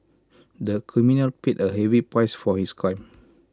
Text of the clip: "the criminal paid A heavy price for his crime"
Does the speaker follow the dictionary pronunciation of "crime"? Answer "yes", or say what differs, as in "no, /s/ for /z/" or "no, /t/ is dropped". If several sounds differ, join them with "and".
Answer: no, /ɹ/ is dropped